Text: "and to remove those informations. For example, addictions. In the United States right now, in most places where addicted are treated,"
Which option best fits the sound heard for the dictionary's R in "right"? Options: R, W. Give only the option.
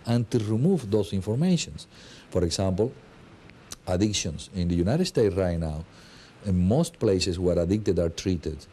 R